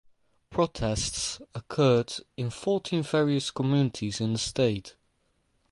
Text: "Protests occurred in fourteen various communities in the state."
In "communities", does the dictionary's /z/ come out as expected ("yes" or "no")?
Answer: yes